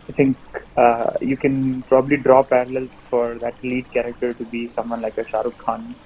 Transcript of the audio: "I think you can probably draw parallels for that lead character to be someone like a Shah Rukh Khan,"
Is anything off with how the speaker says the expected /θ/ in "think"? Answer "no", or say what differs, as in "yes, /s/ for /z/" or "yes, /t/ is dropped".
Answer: yes, /t/ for /θ/